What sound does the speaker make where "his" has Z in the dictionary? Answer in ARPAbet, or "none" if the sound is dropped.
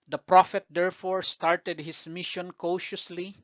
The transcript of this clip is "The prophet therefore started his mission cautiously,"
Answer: S